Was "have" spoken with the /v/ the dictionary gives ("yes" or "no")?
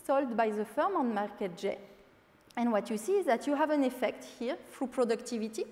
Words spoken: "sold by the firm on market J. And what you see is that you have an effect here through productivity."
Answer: yes